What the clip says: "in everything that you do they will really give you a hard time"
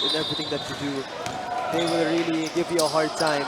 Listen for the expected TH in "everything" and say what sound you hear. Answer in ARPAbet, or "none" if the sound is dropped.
T